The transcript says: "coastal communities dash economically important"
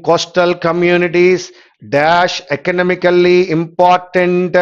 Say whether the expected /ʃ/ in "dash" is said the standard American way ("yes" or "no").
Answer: yes